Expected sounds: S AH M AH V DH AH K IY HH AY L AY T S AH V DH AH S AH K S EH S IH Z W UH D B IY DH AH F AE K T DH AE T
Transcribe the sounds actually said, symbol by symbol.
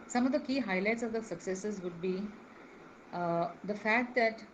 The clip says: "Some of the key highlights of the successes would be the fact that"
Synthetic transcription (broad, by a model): S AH M AH V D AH K IY HH AY L AY T S AH V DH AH S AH K S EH S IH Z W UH D B IY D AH F AE K T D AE T